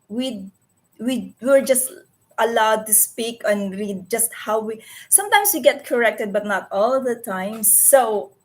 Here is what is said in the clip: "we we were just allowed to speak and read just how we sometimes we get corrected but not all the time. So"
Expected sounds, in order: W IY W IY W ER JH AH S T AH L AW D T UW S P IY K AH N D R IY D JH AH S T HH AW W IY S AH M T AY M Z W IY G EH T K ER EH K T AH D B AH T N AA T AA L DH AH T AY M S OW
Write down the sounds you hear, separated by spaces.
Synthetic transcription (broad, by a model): W IY W IY W ER JH AH S T AH L AW D T UW S P IY K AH N R IY D JH AH S T HH AW W IY S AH M T AY M S W IY G EH T K ER EH K T AH D B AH T N AA T AA L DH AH T AY M S OW